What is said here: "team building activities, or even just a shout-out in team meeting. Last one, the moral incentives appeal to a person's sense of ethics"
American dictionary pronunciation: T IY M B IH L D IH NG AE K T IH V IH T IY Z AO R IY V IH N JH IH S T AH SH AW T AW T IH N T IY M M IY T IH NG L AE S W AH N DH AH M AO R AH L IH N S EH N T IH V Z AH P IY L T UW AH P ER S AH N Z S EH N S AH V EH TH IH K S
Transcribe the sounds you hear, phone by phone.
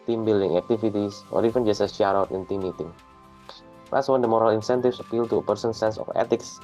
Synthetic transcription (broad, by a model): T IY M B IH L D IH NG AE K T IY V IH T IY S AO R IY F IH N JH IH S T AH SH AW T AW T IH N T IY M M IY T IH NG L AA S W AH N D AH M AO R AH L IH N S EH N T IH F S AH P IY L T UW AH P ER S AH N S EH N S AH F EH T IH K S